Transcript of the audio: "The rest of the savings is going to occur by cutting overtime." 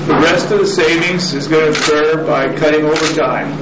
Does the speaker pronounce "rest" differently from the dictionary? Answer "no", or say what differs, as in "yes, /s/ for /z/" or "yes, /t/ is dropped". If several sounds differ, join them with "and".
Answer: no